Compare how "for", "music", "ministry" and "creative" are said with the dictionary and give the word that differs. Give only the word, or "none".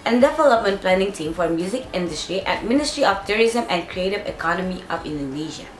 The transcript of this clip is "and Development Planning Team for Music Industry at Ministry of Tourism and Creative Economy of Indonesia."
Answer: none